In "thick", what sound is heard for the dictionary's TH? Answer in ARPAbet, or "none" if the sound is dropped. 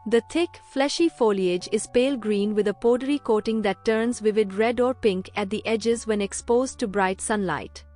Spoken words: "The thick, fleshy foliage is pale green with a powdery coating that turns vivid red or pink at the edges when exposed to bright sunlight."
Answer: T